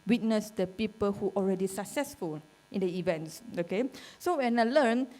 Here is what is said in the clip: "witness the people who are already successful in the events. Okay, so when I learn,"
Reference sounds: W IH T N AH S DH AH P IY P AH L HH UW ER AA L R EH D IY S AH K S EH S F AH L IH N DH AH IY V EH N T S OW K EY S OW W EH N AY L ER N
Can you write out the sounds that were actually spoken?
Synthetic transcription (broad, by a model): W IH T N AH S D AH P IY P AH L HH UW AA L R EH D IY S AH K S EH S F AH L IH N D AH IY V EH N T S OW K EY S OW W EH N AY L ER N